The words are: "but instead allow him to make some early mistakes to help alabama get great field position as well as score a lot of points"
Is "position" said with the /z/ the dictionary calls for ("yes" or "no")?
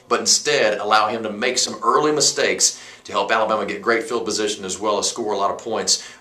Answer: yes